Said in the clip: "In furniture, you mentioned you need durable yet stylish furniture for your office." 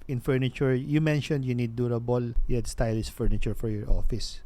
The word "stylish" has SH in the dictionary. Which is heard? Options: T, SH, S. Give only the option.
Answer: S